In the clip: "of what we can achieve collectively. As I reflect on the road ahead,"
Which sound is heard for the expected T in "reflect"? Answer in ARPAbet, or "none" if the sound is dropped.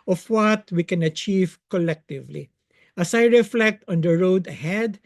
T